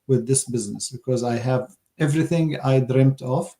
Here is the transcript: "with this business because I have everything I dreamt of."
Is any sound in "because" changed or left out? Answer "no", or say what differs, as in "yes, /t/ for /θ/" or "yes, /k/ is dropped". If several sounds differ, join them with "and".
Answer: no